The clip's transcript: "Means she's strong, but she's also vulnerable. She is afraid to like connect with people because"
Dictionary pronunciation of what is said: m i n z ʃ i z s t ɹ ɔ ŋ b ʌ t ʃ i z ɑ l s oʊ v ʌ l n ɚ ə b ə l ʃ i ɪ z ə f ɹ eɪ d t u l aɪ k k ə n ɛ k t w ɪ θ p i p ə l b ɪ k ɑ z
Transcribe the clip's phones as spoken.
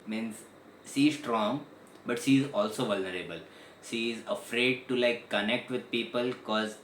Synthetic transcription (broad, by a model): m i n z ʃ i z s t ɹ ɔ ŋ b ʌ t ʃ i z ɑ l s oʊ v ʌ l n ɚ ə b ə l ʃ i ɪ z ə f ɹ eɪ d t u l aɪ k k ə n ɛ k t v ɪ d p i p ə l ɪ k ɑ z